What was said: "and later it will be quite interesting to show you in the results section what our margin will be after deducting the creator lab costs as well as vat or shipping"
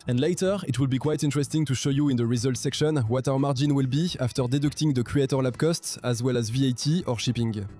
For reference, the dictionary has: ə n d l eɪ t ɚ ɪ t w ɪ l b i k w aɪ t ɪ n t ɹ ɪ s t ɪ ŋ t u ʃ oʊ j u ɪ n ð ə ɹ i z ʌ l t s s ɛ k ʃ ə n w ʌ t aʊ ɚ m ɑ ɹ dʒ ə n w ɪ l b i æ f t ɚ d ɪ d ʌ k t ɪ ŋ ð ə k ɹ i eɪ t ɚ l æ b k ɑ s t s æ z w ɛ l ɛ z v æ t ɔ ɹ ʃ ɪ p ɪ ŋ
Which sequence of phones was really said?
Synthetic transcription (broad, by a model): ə n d l eɪ t ɚ ɪ t w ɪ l b i k w aɪ t ɪ n t ɹ ɪ s t ɪ ŋ t u ʃ oʊ j u ɪ n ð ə ɹ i z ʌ l t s s ɛ k ʃ ə n w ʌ t aʊ ɚ m ɑ ɹ dʒ ə n w ɪ l b i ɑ f t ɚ d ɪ d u k t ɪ ŋ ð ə k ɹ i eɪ t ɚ l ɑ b k ɑ s t s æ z w ɛ l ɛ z v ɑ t ɔ ɹ ʃ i p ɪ ŋ